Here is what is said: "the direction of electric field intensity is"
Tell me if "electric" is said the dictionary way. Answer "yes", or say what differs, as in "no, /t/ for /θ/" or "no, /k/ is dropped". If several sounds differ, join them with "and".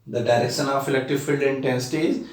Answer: no, /ɹ/ is dropped